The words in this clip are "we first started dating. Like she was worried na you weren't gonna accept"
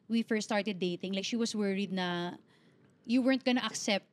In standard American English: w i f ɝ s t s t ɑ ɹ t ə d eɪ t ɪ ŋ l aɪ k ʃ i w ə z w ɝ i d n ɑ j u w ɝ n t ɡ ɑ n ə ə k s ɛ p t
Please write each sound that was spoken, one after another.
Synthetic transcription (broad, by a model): w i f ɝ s s t ɑ ɹ t ə d eɪ t ɪ ŋ l aɪ k ʃ i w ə s w ɝ i d n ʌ j u w ɝ n t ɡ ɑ n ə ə k s ɛ p t